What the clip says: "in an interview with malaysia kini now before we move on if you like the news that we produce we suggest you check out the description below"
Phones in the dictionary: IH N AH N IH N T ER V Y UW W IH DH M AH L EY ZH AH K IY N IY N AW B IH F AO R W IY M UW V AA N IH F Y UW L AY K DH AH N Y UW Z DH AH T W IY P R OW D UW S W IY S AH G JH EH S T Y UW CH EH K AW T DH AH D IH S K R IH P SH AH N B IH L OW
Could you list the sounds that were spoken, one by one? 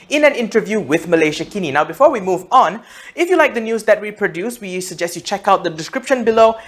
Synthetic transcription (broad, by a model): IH N AH N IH N T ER V Y UW W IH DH M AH L EY SH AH K IY N IY N AW B IH F AO R W IY M UW V AA N IH F Y UW L AY K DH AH N Y UW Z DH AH T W IY P R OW D UW S W IY S AH G JH EH S T Y UW CH EH K AW T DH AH D IH S K R IH P SH AH N B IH L OW